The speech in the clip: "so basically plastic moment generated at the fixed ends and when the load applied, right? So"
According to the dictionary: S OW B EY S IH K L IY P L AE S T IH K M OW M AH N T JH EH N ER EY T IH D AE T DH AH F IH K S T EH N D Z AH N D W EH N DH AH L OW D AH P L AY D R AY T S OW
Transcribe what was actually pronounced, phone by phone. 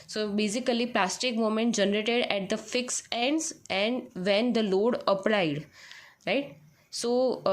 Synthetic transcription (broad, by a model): S OW B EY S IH K L IY P L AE S T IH K M OW M AH N T JH EH N ER EY T IH D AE T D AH F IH K S EH N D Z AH N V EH N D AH L OW D AH P L AY D R AY T S OW